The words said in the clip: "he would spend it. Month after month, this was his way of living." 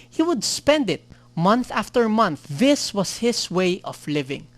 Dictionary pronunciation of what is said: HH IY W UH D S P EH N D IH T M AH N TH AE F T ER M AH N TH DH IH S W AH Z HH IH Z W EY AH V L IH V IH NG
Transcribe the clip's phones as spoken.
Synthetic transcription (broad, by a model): HH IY W UH D S P EH N D IH T M AH N TH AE F T ER M AH N TH DH IH S W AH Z HH IH S W EY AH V L IH V IH NG